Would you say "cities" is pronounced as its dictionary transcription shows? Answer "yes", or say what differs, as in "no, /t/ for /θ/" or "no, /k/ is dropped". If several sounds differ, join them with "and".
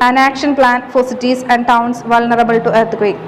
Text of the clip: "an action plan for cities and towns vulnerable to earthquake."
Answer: no, /s/ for /z/